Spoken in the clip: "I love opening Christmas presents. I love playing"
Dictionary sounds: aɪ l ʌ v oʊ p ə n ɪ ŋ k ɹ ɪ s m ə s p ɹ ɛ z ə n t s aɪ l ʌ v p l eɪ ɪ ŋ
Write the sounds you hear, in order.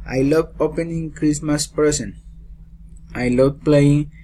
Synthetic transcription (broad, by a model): aɪ l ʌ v oʊ p ə n ɪ ŋ k ɹ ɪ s m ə s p ɛ s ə n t aɪ l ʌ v p l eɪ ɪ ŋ